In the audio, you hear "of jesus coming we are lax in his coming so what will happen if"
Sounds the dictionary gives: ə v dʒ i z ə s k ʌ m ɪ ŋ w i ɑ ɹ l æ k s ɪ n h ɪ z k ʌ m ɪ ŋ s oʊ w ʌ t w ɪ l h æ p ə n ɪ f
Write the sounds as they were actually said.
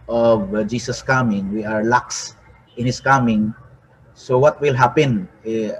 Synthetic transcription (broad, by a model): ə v dʒ i s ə s k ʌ m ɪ ŋ w i ɑ ɹ l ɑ k s ɪ n h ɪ s k ʌ m ɪ ŋ s oʊ w ʌ t w ɪ l h æ p ə n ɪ